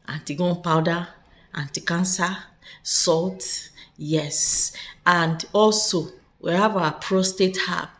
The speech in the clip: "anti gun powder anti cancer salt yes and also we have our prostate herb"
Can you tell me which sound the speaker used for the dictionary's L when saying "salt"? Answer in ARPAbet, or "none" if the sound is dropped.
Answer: L